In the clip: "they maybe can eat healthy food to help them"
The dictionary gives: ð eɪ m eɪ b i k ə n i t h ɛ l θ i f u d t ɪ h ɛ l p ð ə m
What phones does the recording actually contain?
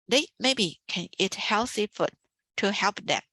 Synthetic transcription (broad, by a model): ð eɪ m eɪ b i k ə n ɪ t h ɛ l s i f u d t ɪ h ɛ l p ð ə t